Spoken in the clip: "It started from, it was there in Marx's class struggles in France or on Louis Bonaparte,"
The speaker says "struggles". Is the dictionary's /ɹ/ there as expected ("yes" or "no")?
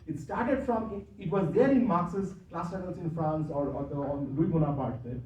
no